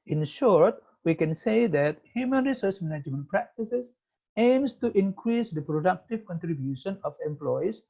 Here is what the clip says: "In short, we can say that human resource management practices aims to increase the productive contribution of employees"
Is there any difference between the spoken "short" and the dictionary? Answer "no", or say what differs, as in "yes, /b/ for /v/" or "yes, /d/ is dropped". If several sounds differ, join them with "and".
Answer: no